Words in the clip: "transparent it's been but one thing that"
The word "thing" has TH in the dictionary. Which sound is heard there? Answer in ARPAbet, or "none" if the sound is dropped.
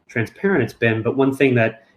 TH